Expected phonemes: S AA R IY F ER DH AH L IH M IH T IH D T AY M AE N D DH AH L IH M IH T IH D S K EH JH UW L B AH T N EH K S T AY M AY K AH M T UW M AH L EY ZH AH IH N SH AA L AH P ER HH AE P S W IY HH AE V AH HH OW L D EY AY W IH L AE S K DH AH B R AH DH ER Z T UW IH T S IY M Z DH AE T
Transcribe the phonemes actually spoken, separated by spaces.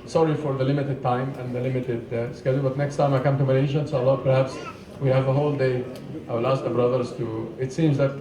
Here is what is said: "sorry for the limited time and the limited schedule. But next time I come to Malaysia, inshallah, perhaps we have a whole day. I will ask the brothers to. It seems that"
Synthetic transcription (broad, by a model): S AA R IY F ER DH AH L IH M IH T IH D T AY M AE N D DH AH L IH M IH T IH D S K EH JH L B AH T N EH K S T AY M AY K AH M T UW M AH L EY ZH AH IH N S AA L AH P ER HH AE P S W IY HH AE V AH HH OW L D EY AY W IH L AE S K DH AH B R AH DH ER Z T UW IH T S IY M Z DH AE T